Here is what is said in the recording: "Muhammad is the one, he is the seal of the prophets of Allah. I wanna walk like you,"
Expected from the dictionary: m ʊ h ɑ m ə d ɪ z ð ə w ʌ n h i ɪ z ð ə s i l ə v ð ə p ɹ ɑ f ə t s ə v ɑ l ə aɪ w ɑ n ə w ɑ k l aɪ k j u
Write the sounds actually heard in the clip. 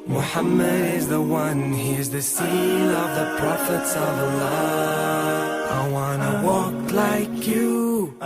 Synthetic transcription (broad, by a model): m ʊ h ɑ m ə d ɪ z ð ə w ʌ n h i z ð ə s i n ə v ð ə p ɹ ɑ f ə t s ə v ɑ l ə aɪ w ɑ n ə w ɑ k l aɪ k j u